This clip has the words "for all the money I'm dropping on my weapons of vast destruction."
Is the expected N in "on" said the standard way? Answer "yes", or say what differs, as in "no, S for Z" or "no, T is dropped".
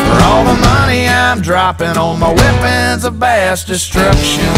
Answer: no, L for N